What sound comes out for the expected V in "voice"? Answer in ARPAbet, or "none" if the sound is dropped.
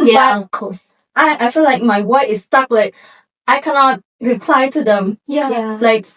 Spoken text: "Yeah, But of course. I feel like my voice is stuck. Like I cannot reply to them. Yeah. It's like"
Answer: W